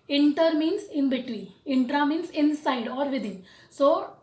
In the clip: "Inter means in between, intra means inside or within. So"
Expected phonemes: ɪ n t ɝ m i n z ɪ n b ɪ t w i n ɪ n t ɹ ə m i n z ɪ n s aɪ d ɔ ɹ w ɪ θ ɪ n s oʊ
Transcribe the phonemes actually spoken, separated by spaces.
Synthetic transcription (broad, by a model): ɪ n t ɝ m i n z ɪ n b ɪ t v i ɪ n t ɹ ə m i n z ɪ n s aɪ d ɔ ɹ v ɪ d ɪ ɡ s oʊ